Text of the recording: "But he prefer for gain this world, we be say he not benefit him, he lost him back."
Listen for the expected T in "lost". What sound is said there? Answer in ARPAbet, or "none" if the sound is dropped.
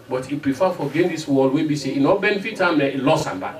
none